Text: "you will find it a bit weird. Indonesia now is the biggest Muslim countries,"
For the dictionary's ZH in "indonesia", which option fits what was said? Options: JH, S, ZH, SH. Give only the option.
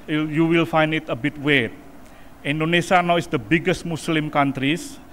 S